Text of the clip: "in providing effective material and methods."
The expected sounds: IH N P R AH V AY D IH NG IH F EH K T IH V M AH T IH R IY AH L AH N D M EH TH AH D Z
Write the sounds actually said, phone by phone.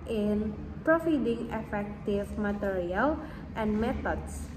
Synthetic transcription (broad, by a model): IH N P R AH F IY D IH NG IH F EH K T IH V M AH T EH R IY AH L AH N D M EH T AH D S